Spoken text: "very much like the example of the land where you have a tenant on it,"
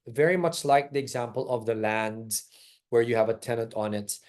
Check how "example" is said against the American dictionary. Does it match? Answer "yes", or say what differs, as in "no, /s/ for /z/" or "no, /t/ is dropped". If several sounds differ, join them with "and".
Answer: yes